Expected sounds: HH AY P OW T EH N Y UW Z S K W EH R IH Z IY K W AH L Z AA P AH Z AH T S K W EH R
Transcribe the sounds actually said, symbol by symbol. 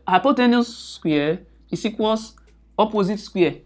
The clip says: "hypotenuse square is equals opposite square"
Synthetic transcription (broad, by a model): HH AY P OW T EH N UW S S K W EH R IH S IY K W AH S AA P AH Z AH T S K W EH